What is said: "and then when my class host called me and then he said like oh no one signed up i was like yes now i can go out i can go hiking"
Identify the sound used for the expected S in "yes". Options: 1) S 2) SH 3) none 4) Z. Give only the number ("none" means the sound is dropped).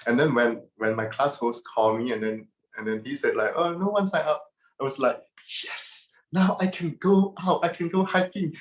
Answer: 1